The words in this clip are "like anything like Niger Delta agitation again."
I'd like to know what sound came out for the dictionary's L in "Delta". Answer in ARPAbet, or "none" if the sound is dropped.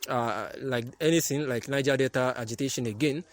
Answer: none